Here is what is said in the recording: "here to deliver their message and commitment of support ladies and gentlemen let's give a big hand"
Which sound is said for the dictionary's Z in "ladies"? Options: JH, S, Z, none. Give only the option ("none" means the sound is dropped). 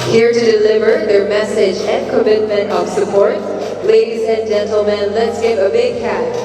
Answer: Z